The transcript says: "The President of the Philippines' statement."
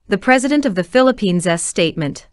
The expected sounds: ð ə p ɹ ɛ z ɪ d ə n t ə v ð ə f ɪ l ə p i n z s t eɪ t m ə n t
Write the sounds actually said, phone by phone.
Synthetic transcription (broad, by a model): ð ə p ɹ ɛ z ɪ d ə n t ə v ð ə f ɪ l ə p i n z s t eɪ t m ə n t